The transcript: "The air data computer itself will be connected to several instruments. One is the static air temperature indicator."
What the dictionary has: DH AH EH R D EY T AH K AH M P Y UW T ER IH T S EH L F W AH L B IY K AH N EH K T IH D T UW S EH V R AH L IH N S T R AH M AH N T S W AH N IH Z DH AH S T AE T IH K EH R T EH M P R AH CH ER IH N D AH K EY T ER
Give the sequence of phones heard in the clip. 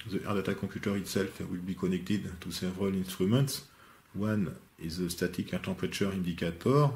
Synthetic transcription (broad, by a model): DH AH EH R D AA T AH K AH P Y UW T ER IH T S EH L F W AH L B IY K AH N EH K T IH D T UW S EH V R AH L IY N S T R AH M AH N T S W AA N IH Z DH AH S T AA T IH K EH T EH P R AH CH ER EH N D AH K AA T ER